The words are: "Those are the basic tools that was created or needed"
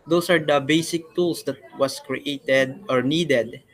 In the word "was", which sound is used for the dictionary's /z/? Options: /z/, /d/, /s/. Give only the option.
/s/